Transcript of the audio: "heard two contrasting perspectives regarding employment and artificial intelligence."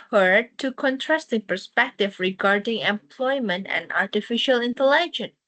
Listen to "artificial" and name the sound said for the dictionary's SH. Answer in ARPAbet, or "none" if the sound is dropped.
SH